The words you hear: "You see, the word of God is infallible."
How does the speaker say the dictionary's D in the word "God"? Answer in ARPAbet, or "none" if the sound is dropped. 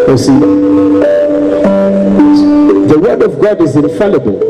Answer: D